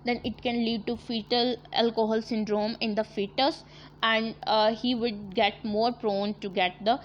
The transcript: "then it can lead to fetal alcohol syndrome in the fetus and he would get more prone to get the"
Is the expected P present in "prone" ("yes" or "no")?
yes